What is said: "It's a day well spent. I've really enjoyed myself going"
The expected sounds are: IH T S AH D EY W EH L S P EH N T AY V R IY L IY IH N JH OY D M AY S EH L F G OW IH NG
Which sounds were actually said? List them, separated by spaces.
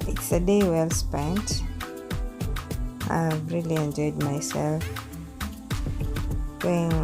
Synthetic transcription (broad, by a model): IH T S AH D EY W EH L S P EH N T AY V R IY L IY IH N JH OY D M AY S EH L F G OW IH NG